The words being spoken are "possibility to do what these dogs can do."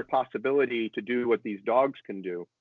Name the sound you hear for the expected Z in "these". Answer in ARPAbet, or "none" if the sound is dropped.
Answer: Z